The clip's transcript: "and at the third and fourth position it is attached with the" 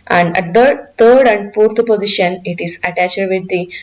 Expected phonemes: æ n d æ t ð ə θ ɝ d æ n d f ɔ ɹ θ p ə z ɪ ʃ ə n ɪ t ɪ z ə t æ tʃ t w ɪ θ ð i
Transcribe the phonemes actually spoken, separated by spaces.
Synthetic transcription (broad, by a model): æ n d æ t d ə t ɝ d æ n d f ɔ ɹ t p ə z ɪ ʃ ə n ɪ t ɪ z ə t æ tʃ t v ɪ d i